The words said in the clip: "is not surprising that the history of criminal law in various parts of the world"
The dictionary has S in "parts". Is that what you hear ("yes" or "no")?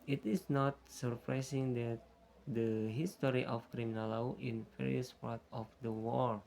no